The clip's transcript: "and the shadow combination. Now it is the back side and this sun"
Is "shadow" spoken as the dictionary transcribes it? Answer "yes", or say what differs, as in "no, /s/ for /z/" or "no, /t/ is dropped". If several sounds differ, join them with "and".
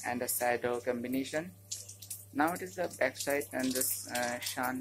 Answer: no, /s/ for /ʃ/